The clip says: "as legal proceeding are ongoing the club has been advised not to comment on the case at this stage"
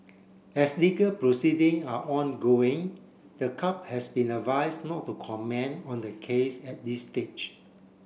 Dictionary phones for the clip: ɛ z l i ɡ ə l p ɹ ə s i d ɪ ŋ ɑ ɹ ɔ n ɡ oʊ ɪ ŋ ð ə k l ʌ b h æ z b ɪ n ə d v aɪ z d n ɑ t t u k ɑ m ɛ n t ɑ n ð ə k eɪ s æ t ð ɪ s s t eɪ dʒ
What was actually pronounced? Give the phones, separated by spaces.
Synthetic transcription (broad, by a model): ɛ s l i ɡ ə l p ɹ ə s i d ɪ ŋ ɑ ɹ ɔ n ɡ oʊ ɪ ŋ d ə k ɑ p h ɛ s b ɪ n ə v aɪ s n ɑ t t u k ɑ m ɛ n ɑ n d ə k eɪ s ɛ t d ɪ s s t eɪ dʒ